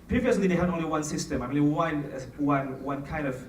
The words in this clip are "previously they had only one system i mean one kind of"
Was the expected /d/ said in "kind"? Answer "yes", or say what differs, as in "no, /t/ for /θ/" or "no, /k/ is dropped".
yes